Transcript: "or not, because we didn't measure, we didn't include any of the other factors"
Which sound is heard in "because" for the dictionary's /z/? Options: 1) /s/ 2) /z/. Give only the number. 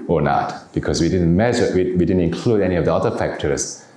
1